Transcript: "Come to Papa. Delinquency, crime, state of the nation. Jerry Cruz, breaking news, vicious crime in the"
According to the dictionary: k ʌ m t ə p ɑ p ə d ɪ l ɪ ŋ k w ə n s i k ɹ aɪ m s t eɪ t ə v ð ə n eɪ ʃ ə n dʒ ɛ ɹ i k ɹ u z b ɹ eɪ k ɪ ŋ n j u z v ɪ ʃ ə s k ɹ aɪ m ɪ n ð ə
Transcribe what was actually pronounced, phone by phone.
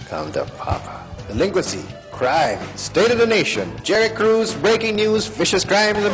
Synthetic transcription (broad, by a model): k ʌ m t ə p ɑ p ə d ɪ l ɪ ŋ k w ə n s i k ɹ aɪ m s t eɪ t ə v ð ə n eɪ ʃ ə n dʒ ɛ ɹ i k ɹ u z b ɹ eɪ k ɪ ŋ n j u z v ɪ ʃ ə s k ɹ aɪ m ɪ n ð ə